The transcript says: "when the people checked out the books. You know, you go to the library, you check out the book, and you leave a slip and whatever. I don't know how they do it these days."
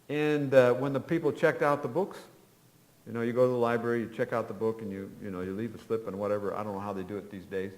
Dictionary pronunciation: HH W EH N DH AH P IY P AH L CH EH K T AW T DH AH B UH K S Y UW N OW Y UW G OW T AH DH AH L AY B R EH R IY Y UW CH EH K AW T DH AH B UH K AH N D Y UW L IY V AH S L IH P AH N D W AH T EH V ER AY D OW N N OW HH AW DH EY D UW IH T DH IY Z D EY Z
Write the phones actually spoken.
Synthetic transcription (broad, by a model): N W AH N DH AH P IY P L CH EH K T AW T DH AH B UH K S Y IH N OW Y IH G OW T AH DH AH L AY B R EH R IY Y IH CH EH K AW T DH AH B UH K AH N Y Y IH L IY V AH S L IH P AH N W AH T EH V ER AY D OW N N OW HH AW DH EY D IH IH T DH IY Z D EY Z